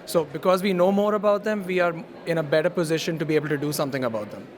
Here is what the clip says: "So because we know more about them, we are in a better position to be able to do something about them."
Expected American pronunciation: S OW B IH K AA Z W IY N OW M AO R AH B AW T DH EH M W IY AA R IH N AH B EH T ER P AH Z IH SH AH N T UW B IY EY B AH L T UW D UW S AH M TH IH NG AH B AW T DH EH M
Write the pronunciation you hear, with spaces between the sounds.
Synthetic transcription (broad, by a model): S OW B IH K AA Z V IY N OW M AO R AH B AW T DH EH M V IY AA R IH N AH B EH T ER P AH Z IH SH AH N T UW B IY EY B AH L T UW D UW S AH M T IH NG AH B AW T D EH M